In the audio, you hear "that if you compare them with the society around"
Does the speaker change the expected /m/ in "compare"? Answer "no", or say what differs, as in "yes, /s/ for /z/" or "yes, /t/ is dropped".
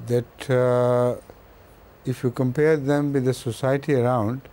no